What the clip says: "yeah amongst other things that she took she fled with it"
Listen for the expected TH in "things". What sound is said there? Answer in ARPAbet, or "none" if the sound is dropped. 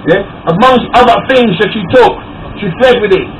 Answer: TH